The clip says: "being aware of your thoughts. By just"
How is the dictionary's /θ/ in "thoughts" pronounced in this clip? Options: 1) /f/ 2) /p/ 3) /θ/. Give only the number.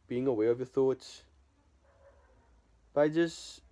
3